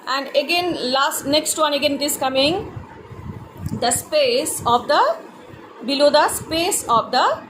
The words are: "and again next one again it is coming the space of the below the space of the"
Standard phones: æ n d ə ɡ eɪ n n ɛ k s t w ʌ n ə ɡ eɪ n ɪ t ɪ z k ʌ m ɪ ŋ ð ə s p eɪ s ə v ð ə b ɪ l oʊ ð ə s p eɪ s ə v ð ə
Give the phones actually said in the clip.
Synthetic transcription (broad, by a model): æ n d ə ɡ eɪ n n ɛ k s t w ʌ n ə ɡ eɪ n ɪ t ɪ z k ʌ m ɪ ŋ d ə s p eɪ s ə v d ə b ɪ l oʊ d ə s p eɪ s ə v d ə